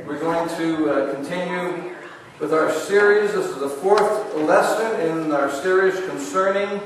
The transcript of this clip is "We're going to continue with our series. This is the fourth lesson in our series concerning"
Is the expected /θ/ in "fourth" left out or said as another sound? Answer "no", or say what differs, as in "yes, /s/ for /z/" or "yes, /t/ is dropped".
no